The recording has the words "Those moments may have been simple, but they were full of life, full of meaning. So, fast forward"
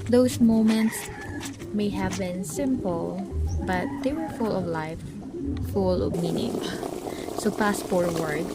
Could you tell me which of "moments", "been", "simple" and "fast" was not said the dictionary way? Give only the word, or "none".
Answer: fast